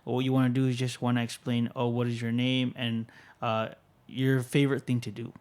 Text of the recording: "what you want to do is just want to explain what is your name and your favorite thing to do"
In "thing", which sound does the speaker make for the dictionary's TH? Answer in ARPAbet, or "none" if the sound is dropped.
TH